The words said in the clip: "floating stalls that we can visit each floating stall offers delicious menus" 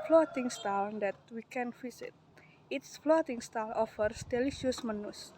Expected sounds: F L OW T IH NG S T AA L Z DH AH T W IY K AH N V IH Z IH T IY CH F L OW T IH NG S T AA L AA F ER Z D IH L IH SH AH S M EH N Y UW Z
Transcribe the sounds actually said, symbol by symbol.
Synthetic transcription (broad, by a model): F L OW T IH NG S T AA L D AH T W IY K AH N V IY S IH T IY S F L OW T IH NG S T AA L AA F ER S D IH L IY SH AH S M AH N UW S